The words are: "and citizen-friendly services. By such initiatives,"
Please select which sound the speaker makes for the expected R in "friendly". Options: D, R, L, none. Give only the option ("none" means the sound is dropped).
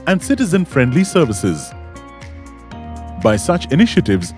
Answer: R